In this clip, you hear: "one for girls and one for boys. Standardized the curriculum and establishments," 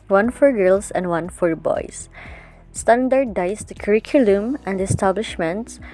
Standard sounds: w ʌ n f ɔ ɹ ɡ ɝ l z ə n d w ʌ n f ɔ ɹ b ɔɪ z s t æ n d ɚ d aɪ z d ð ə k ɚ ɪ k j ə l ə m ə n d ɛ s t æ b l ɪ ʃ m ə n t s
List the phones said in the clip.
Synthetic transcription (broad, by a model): w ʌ n f ɔ ɹ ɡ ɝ l s ə n d w ʌ n f ɔ ɹ b ɔɪ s s t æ n d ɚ d aɪ s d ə k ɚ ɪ k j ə l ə m ə n d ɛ s t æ b l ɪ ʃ m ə n t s